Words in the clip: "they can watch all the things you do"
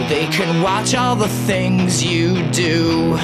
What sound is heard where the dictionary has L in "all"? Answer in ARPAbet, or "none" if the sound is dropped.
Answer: L